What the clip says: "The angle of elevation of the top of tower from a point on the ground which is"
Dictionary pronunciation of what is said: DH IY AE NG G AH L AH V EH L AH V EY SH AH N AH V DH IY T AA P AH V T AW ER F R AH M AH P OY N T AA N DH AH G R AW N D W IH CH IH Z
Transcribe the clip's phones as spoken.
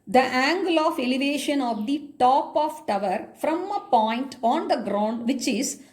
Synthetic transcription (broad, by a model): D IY AE NG G AH L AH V EH L AH V EY SH AH N AH V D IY T AA P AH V T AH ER F R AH M AH P OY N T AA N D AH G R AW N D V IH CH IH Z